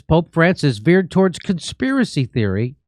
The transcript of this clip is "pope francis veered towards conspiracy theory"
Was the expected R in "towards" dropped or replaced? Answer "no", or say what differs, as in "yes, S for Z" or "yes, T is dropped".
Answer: no